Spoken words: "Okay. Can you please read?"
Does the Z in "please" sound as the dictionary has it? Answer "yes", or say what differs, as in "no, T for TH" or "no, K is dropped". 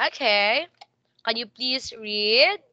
no, S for Z